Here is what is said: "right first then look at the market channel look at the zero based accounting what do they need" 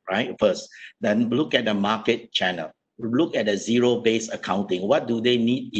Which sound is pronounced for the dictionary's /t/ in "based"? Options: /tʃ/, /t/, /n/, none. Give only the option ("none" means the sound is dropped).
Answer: none